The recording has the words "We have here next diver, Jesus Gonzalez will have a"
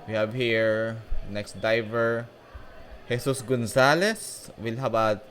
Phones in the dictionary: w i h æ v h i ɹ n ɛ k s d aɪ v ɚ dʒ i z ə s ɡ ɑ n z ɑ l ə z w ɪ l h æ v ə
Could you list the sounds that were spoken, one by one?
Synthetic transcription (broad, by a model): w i h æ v h i ɹ n ɛ k s d aɪ v ɚ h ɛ s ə s ɡ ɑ n s ɑ l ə s w ɪ l h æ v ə